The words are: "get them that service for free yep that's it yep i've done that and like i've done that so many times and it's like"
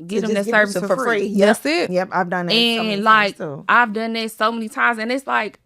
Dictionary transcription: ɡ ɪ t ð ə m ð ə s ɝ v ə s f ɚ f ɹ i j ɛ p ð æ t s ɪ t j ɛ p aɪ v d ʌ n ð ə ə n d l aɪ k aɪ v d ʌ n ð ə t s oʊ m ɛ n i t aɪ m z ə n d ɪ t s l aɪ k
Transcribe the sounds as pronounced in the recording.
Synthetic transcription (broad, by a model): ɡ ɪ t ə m ð ə s ɝ v ə s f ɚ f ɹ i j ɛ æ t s ɪ t j ɛ p aɪ v d ʌ n ð ə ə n l aɪ k aɪ v d ʌ n ð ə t s oʊ m ɛ n i t aɪ m z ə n ɪ t s l aɪ k